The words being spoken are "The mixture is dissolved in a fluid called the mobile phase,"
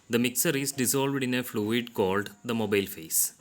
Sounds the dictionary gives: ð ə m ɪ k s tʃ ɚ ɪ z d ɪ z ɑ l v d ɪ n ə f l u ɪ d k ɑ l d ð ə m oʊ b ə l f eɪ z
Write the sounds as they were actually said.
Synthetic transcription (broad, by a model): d ə m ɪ k s ɚ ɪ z d ɪ z ɑ l v d ɪ n ə f l u ɪ d k ɑ l d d ə m oʊ b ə l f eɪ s